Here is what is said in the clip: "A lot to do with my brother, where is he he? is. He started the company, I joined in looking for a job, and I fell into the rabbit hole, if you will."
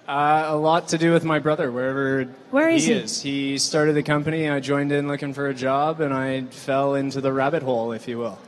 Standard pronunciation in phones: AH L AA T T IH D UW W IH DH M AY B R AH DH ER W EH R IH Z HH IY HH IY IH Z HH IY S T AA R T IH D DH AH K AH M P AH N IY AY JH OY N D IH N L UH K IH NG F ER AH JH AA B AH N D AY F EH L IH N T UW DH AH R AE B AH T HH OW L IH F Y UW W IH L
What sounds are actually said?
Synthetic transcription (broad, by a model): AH L AA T T IH D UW W IH DH M AY B R AH DH ER W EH R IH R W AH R IH Z HH IY S T AA R T IH D DH AH K AH M P AH N IY AY JH OY N D IH N L UH K IH NG F ER AH JH AA B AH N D AY F EH L IH N T UW DH AH R AE B AH T HH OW L IH F Y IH W IH L